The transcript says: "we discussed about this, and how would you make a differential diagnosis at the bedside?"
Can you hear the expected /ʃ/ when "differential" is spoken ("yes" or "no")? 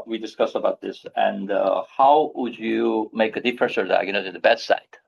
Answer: no